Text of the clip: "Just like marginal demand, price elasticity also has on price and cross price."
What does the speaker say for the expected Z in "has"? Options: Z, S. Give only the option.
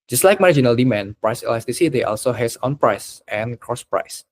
S